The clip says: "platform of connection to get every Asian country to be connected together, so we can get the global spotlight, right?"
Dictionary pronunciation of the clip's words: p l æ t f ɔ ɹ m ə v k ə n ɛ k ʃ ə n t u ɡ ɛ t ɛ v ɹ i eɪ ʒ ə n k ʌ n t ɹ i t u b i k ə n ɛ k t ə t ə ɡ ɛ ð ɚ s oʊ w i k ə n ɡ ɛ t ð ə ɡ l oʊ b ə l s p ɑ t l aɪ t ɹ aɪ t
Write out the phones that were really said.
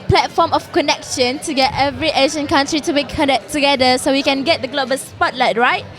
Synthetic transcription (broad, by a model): p l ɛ t f ɔ m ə f k ə n ɛ k ʃ ə n t u ɡ ɛ t ɛ v ɹ i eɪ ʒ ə n k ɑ n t ɹ i t u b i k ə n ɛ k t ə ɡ ɛ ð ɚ s oʊ w i k ə n ɡ ɛ t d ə ɡ l oʊ b ə l s p ɑ t l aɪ t ɹ aɪ t